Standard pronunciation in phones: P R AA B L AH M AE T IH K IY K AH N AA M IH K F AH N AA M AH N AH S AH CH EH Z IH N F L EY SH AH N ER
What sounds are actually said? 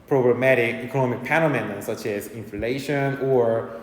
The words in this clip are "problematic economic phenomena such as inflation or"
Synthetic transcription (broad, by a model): P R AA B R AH M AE T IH K IY K AH N AA M IH K P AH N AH M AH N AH S AH CH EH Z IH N F L EY SH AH N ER